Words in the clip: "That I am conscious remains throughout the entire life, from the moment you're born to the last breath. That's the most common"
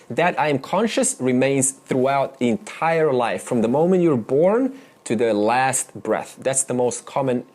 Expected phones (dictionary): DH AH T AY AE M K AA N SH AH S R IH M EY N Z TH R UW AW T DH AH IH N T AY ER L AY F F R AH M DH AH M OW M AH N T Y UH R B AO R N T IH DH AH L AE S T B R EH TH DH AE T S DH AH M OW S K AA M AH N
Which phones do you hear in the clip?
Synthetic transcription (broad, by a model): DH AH T AY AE M K AA N SH AH S R IH M EY N Z TH R UW AW T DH IH N T AY ER L AY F F R AH M DH AH M OW M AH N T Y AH R B AO R N T IH DH AH L AE S T B R EH TH DH AE T S DH AH M OW S K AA M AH N